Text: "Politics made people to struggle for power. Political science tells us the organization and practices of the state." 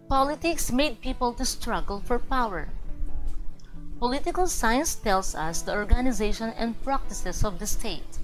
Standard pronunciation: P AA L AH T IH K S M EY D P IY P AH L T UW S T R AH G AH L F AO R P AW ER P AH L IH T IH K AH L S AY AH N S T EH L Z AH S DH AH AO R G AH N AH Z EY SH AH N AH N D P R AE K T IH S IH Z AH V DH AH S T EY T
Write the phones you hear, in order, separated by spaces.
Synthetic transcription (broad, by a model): P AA L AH T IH K S M EY D P IY P AH L T UW S T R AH G L F AO R P AW ER P AH L IH T IH K AH L S AY AH N S T EH L S AH S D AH AO R G AH N AH Z EY SH AH N AH N D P R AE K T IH S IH S AH V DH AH S T EY T